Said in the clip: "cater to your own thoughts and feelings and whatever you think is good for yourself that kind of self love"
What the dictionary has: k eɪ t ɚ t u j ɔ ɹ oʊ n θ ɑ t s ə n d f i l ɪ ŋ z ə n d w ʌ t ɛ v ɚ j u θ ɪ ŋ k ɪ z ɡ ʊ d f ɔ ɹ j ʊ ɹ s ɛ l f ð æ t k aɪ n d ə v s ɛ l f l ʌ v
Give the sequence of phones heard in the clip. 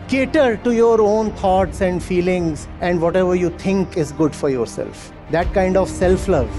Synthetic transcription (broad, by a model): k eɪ t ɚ t u j ɔ ɹ oʊ n t ɑ t s ə n d f i l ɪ ŋ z ə n d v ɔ t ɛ v ɚ j u t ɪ ŋ k ɪ z ɡ ʊ d f ɔ ɹ j ʊ ɹ s ɛ l f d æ t k aɪ n d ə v s ɛ l f l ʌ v